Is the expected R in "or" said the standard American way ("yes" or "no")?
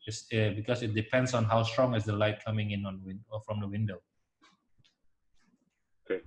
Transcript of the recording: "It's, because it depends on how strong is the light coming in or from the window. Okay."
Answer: no